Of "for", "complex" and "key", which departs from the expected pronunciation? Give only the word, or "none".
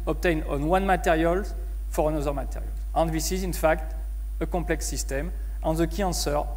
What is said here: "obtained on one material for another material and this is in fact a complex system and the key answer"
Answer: complex